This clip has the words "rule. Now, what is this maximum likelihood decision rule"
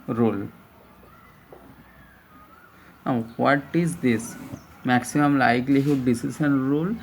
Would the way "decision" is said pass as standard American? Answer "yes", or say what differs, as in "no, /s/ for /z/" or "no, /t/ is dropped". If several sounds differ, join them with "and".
no, /s/ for /ʒ/